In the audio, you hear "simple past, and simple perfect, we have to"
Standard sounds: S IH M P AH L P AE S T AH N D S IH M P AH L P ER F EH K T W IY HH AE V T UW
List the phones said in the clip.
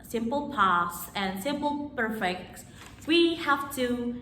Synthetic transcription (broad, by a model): S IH M P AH L P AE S AH N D S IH M P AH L P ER F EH K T W IY HH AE F T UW